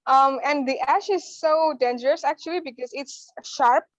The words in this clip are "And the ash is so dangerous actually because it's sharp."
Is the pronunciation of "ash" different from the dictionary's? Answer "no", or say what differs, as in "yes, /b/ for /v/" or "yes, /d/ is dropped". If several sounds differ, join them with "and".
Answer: no